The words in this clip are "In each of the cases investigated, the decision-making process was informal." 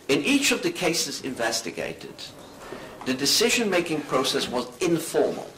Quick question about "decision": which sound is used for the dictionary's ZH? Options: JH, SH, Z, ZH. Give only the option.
ZH